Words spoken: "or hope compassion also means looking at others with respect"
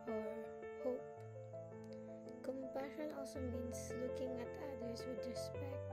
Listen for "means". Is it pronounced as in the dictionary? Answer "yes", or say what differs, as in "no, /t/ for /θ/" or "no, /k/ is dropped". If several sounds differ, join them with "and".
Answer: no, /s/ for /z/